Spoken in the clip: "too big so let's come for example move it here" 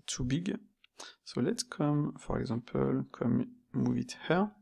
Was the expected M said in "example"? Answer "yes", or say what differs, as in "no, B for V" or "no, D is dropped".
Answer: no, M is dropped